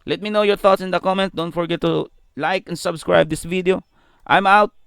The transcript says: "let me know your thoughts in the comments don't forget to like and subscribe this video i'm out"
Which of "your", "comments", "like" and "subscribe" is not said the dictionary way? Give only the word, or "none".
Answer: comments